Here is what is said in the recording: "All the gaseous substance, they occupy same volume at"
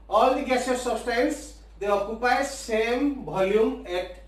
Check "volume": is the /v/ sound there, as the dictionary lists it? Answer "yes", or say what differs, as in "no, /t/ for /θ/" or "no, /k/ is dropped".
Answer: no, /b/ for /v/